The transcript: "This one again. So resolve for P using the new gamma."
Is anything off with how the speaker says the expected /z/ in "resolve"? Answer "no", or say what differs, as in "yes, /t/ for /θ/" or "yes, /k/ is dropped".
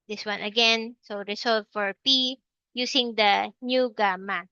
yes, /s/ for /z/